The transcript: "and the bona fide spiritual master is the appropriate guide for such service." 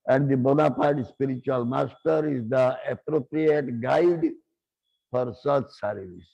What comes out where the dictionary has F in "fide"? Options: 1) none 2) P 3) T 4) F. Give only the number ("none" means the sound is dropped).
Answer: 2